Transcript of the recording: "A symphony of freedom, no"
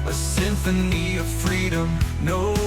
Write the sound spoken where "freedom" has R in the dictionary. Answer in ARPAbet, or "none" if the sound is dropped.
R